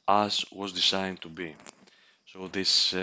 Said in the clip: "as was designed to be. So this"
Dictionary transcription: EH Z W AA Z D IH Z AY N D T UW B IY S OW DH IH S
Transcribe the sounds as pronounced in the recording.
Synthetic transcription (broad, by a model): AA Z W AA Z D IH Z AY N T UW B IY S OW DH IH S